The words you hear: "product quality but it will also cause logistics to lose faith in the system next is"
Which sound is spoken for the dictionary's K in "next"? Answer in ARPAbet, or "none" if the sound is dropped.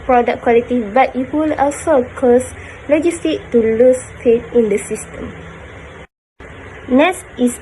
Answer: none